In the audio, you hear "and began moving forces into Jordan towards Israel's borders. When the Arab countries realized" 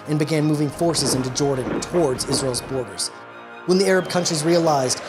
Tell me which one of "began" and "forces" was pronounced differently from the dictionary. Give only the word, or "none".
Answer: none